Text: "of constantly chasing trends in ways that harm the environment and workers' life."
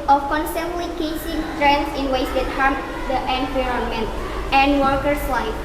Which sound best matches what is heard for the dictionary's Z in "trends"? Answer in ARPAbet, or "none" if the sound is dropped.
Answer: S